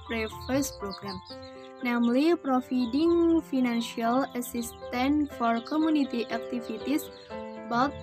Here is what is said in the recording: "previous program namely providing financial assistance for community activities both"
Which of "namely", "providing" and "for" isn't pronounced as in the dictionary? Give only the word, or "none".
providing